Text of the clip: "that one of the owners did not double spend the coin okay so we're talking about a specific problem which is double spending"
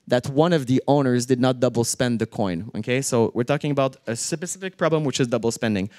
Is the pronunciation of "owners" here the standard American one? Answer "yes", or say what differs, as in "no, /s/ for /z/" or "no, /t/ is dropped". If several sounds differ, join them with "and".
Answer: yes